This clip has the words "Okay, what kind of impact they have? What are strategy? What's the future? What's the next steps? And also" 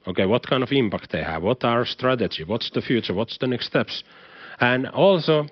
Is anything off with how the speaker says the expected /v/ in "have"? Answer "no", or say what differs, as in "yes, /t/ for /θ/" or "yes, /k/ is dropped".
no